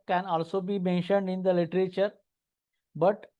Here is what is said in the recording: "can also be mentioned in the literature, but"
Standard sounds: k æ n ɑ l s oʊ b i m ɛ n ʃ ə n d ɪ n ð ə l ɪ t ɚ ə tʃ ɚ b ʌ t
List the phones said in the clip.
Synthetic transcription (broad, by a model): k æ n ɑ l s oʊ b i m ɛ n ʃ ə n d ɪ n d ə l ɪ t ɚ ə tʃ ɚ b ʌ t